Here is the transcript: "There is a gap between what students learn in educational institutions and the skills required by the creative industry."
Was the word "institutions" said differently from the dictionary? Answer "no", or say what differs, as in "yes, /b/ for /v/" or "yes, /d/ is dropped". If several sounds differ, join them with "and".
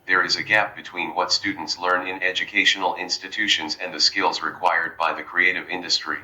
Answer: no